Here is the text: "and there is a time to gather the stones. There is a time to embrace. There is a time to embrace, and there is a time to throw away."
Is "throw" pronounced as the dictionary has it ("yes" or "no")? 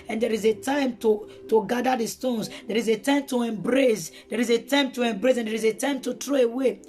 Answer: no